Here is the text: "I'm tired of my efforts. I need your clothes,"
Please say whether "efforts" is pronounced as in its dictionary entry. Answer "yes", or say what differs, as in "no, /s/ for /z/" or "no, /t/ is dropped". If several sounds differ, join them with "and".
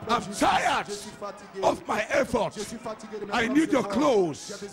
no, /s/ is dropped